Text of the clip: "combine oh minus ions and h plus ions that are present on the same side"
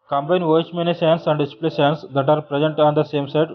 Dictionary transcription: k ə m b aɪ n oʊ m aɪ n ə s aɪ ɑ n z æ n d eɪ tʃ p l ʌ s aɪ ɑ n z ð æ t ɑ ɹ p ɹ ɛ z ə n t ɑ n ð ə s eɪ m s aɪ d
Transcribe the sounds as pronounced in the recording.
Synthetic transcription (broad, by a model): k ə m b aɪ n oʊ m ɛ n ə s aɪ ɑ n s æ n d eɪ s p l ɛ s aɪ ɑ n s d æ t ɑ ɹ p ɹ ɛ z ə n t ɑ n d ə s eɪ m s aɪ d